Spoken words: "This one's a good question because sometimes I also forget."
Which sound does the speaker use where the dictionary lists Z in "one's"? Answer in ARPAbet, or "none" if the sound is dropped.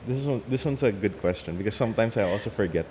S